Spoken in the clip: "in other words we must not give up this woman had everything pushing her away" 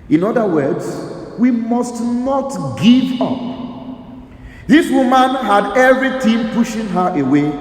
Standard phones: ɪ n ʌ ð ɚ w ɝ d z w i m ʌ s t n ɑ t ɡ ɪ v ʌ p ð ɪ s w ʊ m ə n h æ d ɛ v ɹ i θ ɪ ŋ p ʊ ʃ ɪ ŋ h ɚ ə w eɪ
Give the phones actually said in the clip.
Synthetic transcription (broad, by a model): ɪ n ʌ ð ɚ w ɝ d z w i m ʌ s t n ɑ t ɡ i v ʌ p ð ɪ s w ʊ m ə n h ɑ d ɛ v ɹ i t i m p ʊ ʃ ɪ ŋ h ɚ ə w eɪ